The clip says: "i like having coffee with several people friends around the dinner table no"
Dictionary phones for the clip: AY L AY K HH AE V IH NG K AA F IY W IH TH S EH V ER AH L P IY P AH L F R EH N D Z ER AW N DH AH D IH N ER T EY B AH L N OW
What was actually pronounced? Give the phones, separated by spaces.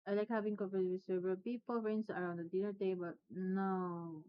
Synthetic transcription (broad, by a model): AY L AY K HH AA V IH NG K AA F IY W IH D S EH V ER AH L P IY P AH L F R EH N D S ER AW N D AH D IH N ER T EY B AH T N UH